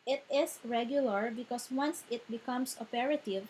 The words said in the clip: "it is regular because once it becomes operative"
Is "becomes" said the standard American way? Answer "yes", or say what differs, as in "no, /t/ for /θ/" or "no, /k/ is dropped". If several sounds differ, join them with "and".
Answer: no, /s/ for /z/